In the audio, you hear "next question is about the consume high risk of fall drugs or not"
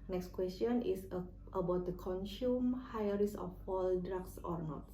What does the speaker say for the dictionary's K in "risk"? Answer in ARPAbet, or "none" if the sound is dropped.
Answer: none